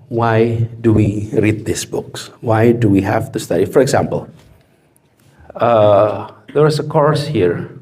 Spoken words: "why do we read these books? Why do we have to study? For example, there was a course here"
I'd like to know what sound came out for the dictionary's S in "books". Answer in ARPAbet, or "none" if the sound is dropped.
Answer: S